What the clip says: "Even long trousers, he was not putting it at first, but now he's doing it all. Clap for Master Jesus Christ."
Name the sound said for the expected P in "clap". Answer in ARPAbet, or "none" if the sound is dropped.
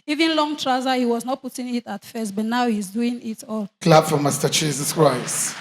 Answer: B